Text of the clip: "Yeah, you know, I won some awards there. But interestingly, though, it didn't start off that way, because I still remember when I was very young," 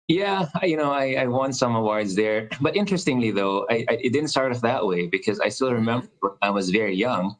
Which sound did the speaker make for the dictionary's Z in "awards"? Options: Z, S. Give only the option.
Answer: Z